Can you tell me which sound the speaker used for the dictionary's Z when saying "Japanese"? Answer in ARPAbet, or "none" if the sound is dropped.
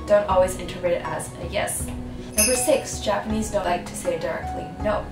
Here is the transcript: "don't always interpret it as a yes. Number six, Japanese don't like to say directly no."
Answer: Z